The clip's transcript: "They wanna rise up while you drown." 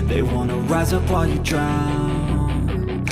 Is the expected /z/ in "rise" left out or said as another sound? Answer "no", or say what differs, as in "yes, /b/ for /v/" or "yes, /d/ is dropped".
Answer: no